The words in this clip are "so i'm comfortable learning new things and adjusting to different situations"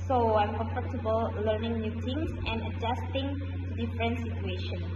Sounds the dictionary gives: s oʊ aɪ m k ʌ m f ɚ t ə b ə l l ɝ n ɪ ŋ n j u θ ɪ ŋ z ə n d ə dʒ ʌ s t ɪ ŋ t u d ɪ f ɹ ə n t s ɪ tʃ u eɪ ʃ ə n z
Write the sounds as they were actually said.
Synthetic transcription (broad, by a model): s oʊ aɪ m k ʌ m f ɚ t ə b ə l l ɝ n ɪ ŋ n j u t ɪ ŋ s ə n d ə dʒ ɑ s t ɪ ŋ t u d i f ɹ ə n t s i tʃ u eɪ ʃ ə n